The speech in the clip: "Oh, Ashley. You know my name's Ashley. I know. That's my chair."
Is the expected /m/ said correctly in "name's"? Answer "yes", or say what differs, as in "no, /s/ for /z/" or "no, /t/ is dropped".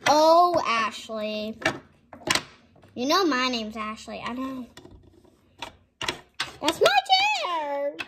yes